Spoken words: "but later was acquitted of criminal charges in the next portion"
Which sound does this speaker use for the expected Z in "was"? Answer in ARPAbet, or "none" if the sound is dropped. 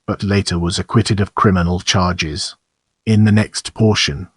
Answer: Z